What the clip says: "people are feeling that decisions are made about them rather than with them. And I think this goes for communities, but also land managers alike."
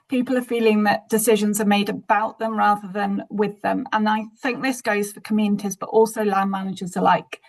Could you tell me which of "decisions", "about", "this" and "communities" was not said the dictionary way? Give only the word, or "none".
none